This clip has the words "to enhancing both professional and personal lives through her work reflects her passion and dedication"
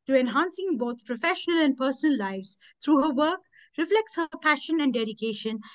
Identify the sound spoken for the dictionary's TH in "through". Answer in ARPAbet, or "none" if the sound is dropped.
T